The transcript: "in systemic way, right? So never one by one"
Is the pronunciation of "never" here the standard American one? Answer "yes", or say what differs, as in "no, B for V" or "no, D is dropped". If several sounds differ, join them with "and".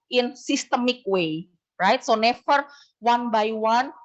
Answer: no, F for V